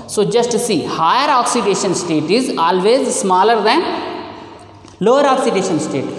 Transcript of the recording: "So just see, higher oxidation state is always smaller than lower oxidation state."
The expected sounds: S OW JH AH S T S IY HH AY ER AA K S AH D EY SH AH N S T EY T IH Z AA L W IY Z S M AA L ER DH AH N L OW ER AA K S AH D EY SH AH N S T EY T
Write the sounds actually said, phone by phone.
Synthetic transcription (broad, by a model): S OW JH AH S T S IY HH AY ER AA K S AH D EY SH AH N S T EY T IH Z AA L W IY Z S M AA L ER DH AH N L OW ER AA K S AH D EY SH AH N S T EY T